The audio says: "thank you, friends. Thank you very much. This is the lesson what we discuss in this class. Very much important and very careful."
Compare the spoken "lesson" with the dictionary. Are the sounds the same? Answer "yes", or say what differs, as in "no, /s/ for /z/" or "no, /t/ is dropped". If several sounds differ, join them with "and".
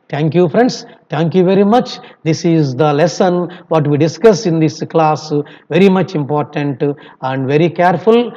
yes